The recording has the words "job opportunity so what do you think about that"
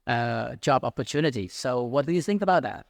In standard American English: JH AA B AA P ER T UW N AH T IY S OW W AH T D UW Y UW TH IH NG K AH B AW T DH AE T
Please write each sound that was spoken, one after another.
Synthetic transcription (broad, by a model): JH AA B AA P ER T UW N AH T IY S OW W AH T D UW Y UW TH IH NG K AH B AW T DH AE T